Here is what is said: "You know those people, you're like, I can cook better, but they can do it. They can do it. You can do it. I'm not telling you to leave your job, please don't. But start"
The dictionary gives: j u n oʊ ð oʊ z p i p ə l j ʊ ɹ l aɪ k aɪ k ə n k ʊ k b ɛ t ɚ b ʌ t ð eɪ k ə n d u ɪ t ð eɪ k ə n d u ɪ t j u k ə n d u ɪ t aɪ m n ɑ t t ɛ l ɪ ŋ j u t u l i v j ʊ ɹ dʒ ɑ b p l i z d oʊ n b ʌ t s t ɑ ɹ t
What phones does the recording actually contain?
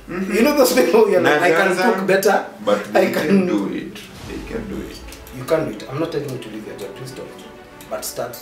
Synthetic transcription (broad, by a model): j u n oʊ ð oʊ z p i ə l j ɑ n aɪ aɪ k ə n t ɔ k b ɛ t ɚ b ʌ t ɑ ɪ k ə n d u ɪ t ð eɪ k ə n d u ɪ t j u k ə n d u ɪ t aɪ m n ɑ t t ɛ l ɪ ŋ j u t u l i v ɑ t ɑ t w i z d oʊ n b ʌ t s t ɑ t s